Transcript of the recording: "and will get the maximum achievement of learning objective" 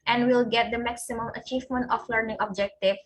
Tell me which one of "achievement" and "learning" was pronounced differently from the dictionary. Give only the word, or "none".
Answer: none